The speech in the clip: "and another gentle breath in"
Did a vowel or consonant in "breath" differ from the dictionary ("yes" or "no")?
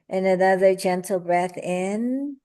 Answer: no